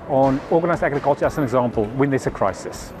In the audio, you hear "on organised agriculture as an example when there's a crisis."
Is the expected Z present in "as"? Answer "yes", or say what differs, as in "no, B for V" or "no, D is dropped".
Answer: no, S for Z